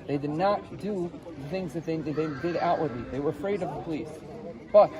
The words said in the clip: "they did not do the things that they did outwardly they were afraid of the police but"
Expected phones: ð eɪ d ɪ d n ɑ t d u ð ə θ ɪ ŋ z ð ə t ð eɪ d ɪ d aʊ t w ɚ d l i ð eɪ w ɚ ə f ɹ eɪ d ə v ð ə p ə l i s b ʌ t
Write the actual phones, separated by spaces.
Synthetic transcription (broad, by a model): ð eɪ d ɪ d n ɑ t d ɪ ð ə θ ɪ ŋ z ð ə t ð eɪ d ɪ d aʊ t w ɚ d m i ð eɪ w ɚ ə f ɹ eɪ d ə v ð ə p ə l i s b ʌ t